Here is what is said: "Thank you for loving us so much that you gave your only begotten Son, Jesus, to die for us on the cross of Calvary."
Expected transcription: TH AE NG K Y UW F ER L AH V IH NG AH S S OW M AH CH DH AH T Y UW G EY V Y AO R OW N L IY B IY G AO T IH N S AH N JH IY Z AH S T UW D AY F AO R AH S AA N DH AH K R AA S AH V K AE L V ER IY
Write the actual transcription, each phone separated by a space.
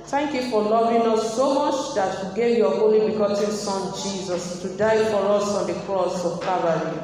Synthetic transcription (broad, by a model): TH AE NG K Y UW F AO L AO V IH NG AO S S OW M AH CH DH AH T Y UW G EY V Y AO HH OW L IY B IY G AO T IH N S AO N JH IY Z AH S T UW D AY F AO R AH S AA N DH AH K R AA S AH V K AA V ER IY